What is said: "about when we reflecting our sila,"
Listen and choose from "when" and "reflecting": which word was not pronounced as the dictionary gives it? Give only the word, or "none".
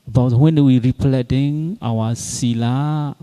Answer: reflecting